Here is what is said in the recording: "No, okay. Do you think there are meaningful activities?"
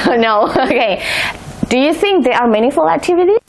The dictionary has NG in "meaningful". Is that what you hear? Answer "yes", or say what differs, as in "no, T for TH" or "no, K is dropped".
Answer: no, NG is dropped